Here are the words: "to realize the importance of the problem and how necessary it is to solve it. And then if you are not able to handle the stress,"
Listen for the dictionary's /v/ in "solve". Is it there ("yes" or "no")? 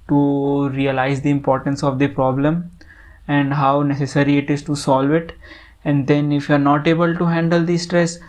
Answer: yes